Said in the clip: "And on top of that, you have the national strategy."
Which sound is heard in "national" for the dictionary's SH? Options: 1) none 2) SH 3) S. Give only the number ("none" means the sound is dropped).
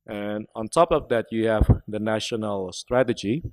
2